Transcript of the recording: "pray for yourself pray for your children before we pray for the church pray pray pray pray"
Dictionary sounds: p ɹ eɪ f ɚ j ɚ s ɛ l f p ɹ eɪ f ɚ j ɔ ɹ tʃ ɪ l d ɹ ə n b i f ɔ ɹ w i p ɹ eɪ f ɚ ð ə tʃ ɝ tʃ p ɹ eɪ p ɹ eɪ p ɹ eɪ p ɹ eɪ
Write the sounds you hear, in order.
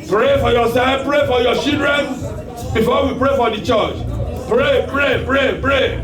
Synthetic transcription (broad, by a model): p ɹ eɪ f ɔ j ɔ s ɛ f p ɹ eɪ f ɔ j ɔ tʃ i l d ɹ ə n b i f ɔ w i p ɹ eɪ f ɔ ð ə tʃ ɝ tʃ p ɹ eɪ p ɹ eɪ p ɹ eɪ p ɹ eɪ